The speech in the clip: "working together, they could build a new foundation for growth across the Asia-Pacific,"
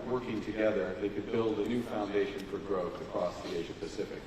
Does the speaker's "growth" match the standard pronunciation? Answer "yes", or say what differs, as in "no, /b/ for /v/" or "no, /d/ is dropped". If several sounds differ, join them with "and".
yes